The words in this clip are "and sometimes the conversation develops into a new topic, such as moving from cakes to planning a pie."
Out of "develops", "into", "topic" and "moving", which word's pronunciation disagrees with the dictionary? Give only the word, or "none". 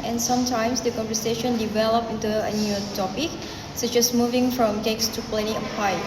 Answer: develops